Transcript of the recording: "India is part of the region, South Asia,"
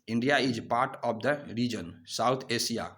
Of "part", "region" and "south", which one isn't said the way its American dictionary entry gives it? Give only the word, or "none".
south